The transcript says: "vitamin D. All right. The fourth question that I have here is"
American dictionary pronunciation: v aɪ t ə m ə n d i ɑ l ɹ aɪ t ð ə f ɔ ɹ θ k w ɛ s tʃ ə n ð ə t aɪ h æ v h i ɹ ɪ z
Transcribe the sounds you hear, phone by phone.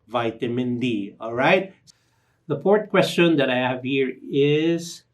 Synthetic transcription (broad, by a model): v aɪ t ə m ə n d i ɑ l ɹ aɪ t ð ə p ɔ ɹ t k w ɛ s tʃ ə n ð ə t aɪ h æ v h i ɹ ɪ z